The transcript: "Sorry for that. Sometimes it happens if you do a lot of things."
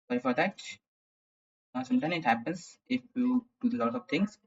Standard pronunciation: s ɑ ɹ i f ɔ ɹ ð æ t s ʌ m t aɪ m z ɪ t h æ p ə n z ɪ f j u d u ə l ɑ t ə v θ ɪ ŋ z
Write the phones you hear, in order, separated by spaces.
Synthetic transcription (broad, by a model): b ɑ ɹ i f ɔ ɹ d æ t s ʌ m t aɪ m ɪ t h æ p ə n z ɪ f j u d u ə l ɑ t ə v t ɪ ŋ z